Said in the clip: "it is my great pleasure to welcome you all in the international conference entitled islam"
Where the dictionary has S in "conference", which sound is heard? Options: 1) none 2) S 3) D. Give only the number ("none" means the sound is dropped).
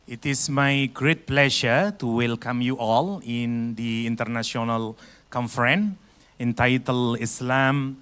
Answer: 1